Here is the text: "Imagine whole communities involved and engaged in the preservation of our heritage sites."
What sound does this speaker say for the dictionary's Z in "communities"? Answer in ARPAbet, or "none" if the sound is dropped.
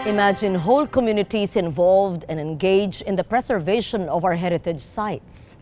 S